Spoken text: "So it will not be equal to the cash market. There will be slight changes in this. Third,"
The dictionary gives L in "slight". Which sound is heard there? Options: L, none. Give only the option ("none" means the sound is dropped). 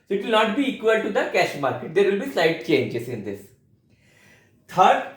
none